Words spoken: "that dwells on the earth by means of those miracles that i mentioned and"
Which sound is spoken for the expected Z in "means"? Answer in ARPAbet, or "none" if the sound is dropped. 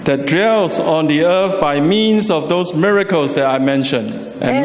S